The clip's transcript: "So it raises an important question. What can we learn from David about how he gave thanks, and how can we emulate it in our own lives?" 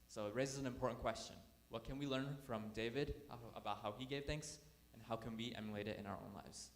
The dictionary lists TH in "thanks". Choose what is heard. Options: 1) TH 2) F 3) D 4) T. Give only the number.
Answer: 1